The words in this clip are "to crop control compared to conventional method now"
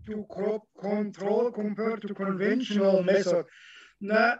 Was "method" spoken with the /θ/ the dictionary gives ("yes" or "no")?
no